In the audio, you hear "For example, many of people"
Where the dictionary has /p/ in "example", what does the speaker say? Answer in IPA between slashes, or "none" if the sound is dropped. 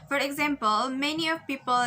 /p/